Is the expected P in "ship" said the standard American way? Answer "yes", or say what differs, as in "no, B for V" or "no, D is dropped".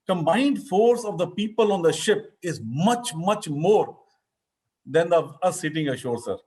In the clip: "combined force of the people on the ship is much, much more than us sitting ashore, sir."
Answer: yes